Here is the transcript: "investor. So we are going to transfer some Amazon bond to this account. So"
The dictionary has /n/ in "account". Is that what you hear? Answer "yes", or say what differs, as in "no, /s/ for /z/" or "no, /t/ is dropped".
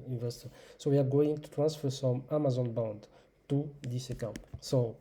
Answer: no, /n/ is dropped